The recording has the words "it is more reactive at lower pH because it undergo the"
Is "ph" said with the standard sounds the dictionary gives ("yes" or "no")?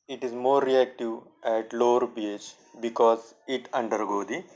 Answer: no